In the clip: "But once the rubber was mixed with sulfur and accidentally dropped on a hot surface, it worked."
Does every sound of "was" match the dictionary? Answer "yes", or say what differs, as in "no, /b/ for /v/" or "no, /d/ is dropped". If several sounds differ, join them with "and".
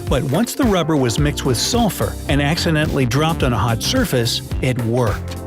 yes